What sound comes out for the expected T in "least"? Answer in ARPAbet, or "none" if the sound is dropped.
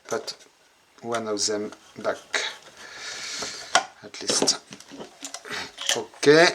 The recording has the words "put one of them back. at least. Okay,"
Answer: T